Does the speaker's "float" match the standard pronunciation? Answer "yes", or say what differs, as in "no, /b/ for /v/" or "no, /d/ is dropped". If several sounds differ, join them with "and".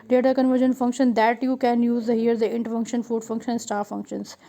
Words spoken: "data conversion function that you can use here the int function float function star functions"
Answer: no, /l/ is dropped